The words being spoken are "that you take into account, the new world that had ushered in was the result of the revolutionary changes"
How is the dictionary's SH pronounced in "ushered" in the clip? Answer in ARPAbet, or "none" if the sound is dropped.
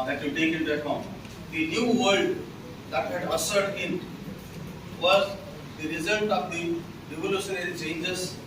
S